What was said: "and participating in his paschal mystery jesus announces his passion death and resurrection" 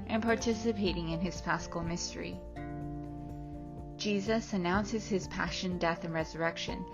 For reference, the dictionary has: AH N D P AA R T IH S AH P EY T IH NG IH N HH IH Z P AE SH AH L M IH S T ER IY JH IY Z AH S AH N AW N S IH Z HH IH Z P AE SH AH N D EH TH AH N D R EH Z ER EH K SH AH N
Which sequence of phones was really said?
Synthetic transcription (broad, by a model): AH N P AA R T IH S AH P EY T IH NG IH N IH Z F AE S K L M IH S T ER IY JH IY Z AH S AH N AW N S IH Z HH IH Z P AE SH AH N D EH TH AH N R EH Z ER EH K SH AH N